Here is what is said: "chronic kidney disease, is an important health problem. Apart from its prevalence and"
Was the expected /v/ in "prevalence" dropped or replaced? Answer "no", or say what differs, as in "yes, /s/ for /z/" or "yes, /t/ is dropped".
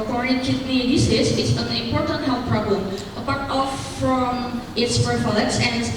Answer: yes, /f/ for /v/